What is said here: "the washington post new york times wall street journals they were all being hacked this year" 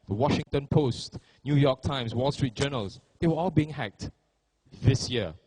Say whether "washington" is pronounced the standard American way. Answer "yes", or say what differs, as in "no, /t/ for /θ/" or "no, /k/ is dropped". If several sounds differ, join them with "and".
yes